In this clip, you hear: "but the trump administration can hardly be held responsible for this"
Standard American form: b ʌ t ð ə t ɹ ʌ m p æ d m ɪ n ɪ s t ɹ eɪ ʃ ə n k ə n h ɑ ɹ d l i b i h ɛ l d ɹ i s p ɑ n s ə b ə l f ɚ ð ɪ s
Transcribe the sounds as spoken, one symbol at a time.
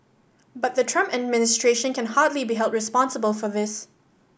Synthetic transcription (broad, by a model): b ʌ t ð ə t ɹ ʌ m p æ d m ɪ n ɪ s t ɹ eɪ ʃ ə n k ə n h ɑ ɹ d l i b i h ɛ l d ɹ i s p ɑ n s ə b ə l f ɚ ð ɪ s